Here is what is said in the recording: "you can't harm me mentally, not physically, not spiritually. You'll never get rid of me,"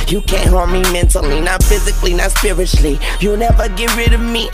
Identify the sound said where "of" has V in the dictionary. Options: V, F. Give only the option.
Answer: V